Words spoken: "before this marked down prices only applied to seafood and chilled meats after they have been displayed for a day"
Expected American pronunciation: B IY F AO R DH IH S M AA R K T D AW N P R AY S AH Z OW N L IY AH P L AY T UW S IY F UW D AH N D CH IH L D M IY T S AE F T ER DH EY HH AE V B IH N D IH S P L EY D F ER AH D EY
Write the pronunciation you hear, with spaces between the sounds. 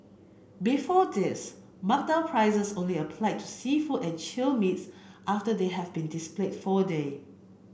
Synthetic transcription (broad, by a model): B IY F AO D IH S M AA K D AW L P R AY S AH S OW N L IY AH P L AY T UW S IY F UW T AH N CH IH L M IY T S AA F T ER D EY HH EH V B IH N D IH S P L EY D F AH D EY